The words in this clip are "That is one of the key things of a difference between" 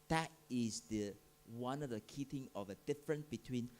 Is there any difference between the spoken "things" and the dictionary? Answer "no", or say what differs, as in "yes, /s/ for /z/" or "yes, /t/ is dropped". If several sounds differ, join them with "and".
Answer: yes, /t/ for /θ/ and /z/ is dropped